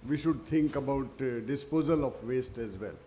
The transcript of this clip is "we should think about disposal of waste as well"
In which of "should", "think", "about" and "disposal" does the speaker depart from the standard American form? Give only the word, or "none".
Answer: think